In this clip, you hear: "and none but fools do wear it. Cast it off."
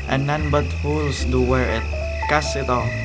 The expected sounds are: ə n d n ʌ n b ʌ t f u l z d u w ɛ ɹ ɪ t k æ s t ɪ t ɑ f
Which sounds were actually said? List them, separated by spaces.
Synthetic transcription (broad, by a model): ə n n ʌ n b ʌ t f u l s d u w ɛ ɹ ɪ t k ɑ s ɪ t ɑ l